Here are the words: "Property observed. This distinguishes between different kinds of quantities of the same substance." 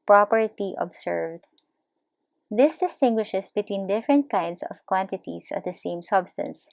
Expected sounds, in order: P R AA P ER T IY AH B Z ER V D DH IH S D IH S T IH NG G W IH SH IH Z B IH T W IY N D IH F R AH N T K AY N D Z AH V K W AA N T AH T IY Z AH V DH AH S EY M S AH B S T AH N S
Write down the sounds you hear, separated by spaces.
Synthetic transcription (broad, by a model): P R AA P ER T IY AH B S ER V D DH IH S D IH S T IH NG G W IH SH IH S B IH T W IY N D IH F R AH N T K AY N D S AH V K W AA N T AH T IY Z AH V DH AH S EY M S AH B S T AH N S